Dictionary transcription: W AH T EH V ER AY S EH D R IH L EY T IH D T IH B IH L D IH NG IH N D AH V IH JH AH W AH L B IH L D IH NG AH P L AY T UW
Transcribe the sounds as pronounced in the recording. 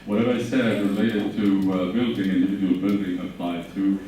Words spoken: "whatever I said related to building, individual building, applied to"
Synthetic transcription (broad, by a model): W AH T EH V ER AY S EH D R IH L EY T IH D T IH B IH L D IH NG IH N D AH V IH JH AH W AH L B IH L D IH NG AH P L AY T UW